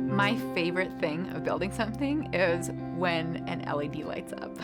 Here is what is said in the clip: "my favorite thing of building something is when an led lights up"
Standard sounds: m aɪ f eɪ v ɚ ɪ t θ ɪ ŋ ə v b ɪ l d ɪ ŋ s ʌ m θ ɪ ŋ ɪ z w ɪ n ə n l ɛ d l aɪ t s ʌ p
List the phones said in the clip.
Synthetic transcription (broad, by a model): m aɪ f eɪ v ɚ ɪ t θ ɪ ŋ ə v b ɪ l d ɪ ŋ s ʌ m θ ɪ ŋ ɪ z w ɪ n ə n l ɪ d l aɪ t s ʌ p